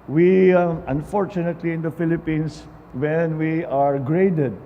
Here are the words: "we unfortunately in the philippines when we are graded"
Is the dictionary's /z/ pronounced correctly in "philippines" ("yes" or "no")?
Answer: no